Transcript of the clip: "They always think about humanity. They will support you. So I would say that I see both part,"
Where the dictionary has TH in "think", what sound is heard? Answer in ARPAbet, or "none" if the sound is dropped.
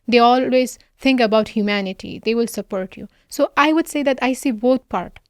T